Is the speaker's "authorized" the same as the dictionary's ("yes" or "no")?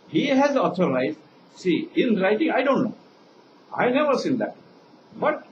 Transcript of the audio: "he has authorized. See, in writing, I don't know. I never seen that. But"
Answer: no